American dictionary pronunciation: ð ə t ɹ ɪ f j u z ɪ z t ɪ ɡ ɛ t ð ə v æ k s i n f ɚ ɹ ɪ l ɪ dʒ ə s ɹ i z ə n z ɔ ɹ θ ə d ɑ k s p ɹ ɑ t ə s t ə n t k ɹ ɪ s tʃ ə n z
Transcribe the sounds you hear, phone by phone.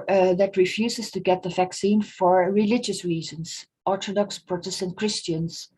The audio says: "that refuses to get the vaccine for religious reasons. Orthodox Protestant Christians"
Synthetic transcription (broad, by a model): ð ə t ɹ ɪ f j u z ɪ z t ɪ ɡ ɛ t ð ə v æ k s i n f ɚ ɹ ɪ l ɪ dʒ ə s ɹ i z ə n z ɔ ɹ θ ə d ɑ k s p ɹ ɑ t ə s t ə n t k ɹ ɪ s tʃ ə n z